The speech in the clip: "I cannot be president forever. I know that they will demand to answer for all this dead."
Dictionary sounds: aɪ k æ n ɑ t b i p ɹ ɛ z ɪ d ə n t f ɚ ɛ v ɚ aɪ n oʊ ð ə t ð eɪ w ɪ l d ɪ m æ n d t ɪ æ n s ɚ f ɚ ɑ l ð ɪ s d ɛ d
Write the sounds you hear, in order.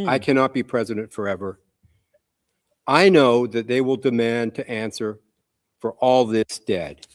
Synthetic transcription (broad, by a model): aɪ k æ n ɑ t b i p ɹ ɛ z ɪ d ə n t f ɚ ɛ v ɚ aɪ n oʊ ð ə t ð eɪ w ɪ l d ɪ m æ n t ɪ æ n s ɚ f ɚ ɑ l ð ɪ s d ɛ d